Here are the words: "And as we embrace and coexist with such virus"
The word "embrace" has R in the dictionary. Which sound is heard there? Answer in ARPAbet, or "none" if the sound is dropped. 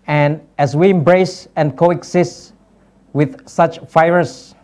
R